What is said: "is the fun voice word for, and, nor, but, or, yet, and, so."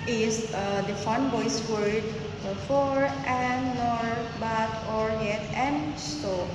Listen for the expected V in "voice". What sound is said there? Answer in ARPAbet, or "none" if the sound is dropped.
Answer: B